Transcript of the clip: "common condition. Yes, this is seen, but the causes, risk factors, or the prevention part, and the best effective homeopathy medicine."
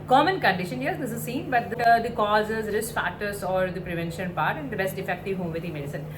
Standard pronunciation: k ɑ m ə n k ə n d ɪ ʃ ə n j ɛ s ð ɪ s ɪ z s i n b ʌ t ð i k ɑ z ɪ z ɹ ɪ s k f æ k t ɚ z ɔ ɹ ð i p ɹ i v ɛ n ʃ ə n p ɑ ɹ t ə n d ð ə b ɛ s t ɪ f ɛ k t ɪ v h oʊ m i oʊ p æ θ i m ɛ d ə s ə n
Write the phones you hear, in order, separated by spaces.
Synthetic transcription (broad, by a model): k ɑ m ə n k ə n d ɪ ʃ ə n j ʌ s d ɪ s ɪ z s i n b ʌ t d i k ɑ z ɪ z ɹ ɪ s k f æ t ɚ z ɔ ɹ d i p ɹ i v ɛ n ʃ ə n p ɑ ɹ t ə n d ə b ɛ s t ɪ f ɛ k t ɪ v h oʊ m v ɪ t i m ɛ d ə s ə n